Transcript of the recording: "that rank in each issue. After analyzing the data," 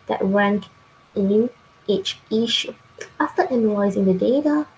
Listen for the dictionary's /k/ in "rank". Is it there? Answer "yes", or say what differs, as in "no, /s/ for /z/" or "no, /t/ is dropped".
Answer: yes